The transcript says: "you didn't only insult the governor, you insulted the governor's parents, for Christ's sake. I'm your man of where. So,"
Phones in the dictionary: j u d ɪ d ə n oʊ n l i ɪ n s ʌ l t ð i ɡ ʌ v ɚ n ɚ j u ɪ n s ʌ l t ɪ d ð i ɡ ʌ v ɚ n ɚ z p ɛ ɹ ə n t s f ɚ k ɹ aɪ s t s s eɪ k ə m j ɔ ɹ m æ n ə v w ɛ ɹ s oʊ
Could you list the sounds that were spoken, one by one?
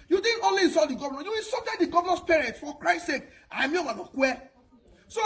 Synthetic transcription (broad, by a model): j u d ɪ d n oʊ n l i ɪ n s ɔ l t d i ɡ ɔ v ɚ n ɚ j u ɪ n s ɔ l t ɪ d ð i ɡ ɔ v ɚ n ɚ s p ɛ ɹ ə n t f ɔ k ɹ aɪ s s s eɪ k ə m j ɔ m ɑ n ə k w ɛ s oʊ